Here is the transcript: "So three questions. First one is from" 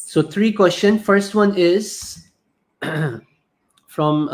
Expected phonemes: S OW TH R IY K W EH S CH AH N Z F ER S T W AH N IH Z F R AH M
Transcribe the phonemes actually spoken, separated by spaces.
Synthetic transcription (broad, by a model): S OW T R IY K W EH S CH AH N F ER S T W AH N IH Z F R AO M